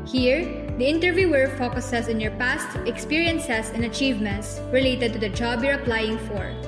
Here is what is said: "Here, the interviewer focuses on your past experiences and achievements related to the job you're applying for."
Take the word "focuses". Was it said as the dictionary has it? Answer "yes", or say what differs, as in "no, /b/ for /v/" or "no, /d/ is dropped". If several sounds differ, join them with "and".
no, /s/ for /z/